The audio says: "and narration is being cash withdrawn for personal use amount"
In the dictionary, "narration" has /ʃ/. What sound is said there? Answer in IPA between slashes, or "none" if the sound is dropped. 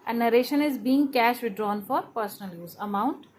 /ʃ/